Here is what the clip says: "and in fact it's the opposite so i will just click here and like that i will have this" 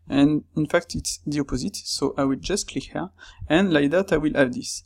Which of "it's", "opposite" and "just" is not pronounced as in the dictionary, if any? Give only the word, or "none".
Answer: none